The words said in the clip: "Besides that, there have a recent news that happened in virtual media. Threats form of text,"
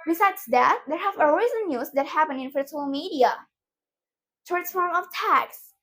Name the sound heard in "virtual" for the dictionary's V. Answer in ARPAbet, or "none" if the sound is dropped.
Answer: F